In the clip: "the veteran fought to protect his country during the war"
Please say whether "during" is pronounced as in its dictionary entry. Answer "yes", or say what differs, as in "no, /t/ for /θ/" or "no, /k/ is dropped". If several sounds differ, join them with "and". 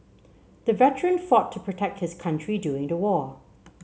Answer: no, /ɹ/ is dropped